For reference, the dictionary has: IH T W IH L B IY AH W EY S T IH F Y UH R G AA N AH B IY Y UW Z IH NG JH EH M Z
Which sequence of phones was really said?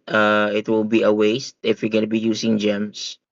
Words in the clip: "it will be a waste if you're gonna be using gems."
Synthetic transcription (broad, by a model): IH T W IH L B IY AH W EY S T IH F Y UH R G AA N AH B IY Y UW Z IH NG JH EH M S